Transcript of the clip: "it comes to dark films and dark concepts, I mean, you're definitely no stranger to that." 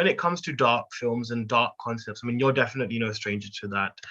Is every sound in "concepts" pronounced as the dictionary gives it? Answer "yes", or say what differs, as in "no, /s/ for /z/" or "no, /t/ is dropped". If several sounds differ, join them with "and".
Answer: yes